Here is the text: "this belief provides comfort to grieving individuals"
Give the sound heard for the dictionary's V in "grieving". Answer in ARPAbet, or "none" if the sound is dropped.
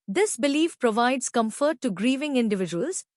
V